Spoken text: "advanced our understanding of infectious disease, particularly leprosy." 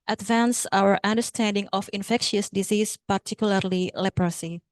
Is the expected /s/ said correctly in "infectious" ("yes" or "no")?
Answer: yes